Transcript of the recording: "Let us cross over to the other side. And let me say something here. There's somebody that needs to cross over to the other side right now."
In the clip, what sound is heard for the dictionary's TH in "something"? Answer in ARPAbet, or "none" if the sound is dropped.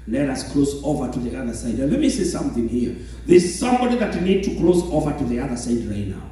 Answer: TH